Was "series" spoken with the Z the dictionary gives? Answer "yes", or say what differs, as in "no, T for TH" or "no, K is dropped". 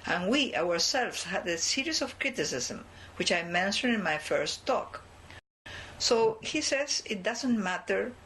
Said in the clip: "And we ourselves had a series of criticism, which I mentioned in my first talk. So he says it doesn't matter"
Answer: no, S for Z